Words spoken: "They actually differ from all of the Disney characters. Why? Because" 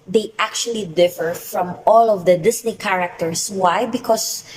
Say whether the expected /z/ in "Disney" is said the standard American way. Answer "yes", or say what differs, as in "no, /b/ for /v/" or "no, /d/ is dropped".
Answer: no, /s/ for /z/